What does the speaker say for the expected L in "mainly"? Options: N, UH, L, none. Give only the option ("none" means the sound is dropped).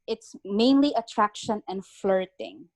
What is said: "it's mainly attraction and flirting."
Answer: L